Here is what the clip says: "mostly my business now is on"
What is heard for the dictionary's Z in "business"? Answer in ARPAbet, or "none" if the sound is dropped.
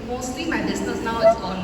S